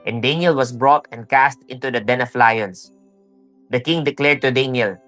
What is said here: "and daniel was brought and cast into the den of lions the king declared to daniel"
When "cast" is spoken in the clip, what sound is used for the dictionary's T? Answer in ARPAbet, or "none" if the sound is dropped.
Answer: T